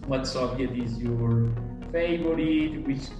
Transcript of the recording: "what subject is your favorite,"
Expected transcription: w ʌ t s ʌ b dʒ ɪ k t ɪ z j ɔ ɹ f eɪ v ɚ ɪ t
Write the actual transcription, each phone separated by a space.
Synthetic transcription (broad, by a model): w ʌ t s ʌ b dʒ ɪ t ɪ z j ɔ ɹ f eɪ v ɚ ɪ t